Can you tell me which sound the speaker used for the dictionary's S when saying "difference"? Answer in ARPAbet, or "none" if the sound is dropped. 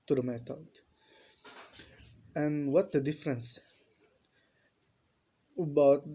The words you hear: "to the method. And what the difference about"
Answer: S